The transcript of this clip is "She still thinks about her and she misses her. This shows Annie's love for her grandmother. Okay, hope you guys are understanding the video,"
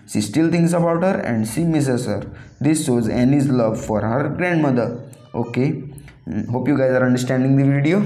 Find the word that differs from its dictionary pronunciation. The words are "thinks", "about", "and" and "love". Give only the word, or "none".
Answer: thinks